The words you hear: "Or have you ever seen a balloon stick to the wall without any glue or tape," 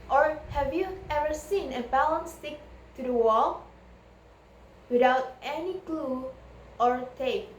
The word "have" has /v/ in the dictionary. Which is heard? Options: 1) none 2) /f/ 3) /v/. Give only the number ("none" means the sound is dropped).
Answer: 3